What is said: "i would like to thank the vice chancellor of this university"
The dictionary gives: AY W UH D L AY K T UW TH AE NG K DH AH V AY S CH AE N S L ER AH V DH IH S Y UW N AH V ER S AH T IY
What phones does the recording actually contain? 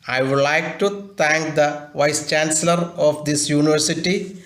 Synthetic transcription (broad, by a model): AY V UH D L AY K T UW T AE NG K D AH V AY S CH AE N S L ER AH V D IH S Y UW N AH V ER S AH T IY